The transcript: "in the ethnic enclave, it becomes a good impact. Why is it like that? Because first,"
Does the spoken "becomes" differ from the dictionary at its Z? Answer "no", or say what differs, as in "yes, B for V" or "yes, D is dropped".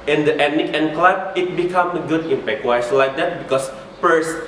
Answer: yes, Z is dropped